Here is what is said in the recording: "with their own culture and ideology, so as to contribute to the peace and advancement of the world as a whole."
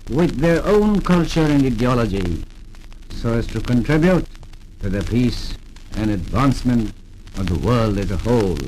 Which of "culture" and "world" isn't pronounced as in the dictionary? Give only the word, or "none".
none